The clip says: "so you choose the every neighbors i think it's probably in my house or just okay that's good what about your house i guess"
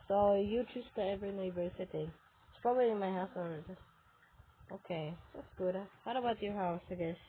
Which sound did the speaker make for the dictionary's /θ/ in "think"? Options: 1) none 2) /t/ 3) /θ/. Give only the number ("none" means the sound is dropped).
2